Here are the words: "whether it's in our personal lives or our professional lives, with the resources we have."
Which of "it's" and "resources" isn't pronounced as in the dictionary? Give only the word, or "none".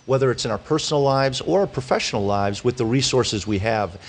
none